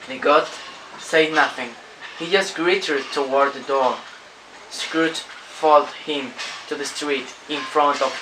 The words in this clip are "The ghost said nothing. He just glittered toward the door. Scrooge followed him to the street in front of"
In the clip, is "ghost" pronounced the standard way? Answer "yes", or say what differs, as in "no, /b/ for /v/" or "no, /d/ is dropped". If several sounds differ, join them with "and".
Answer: no, /s/ is dropped